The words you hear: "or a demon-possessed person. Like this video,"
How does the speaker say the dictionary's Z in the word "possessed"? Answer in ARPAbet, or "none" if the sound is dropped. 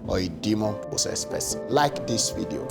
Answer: S